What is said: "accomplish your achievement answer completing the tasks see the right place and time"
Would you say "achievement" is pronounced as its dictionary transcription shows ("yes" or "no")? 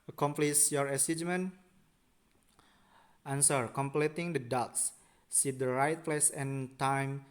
no